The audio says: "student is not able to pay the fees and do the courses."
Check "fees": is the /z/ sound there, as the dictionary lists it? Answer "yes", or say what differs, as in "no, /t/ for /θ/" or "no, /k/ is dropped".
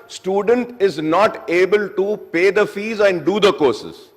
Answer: yes